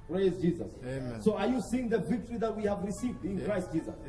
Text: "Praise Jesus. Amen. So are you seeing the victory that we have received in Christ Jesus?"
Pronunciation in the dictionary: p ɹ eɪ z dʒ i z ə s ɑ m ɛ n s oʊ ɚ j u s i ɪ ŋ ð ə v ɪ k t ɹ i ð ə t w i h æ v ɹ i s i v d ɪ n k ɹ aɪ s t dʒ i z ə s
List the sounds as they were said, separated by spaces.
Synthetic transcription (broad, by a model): p ɹ eɪ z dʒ i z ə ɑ s oʊ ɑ j u s i ɪ ŋ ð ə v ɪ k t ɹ i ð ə t w i h æ v ɹ i s i v d ɪ n k ɹ aɪ s t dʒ i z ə s